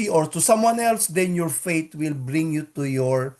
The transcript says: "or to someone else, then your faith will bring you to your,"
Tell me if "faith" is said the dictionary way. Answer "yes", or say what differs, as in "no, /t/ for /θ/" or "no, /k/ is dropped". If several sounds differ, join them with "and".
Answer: no, /t/ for /θ/